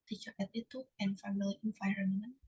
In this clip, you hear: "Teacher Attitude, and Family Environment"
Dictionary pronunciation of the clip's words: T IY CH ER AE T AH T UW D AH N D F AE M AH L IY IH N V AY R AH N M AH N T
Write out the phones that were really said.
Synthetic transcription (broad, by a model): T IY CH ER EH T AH T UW AH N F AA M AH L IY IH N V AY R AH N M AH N